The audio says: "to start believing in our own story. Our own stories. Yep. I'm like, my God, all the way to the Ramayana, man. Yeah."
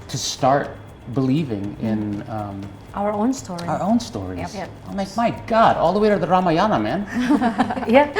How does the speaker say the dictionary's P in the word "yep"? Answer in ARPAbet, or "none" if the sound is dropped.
none